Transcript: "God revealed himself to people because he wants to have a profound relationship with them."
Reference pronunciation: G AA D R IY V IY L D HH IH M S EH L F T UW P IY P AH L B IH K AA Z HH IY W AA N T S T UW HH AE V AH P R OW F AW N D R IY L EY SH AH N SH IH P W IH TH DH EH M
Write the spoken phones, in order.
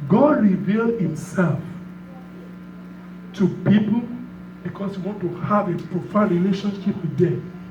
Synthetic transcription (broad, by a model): G AA D R IY V IY L D HH IH M S EH L F T UW P IY P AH L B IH K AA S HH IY W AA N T T UW HH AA V AH P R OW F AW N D R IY L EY SH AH N SH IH P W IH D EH